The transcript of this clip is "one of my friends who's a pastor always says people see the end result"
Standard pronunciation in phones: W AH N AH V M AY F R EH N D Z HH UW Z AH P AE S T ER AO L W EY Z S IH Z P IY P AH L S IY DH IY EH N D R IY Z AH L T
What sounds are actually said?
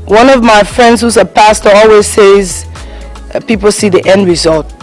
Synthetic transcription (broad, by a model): W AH N AH V M AY F R EH N D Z HH UW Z AH P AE S T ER AO L W EY Z S IH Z P IY P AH L S IY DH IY EH N D R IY Z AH L T